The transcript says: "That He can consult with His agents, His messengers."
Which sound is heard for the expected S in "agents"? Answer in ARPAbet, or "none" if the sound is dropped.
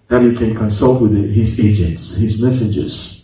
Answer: S